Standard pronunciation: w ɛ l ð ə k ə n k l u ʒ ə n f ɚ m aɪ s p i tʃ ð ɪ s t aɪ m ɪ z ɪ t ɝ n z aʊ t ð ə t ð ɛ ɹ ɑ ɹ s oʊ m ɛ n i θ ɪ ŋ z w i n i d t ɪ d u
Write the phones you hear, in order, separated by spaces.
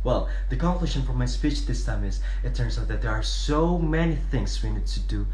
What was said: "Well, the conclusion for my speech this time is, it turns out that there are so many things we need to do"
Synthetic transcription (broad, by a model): w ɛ l ð ə k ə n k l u ʃ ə n f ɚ m aɪ s p i tʃ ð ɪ s t aɪ m ɪ z ɪ t ɝ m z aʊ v ð ə t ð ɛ ɹ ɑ ɹ s oʊ m ɛ n i θ ɪ ŋ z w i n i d t ɪ d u